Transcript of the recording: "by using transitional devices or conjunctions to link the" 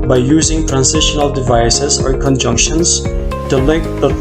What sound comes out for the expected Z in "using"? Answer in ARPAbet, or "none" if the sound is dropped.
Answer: Z